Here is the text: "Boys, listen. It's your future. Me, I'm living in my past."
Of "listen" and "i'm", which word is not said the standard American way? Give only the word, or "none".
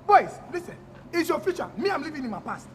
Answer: listen